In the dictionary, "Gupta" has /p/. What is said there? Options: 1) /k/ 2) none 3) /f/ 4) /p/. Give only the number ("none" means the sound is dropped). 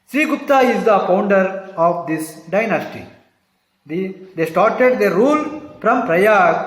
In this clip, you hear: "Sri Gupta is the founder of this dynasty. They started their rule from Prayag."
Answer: 2